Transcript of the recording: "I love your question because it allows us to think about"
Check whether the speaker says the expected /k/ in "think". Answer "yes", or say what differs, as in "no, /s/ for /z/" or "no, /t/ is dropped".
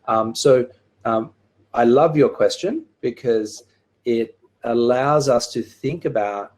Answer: yes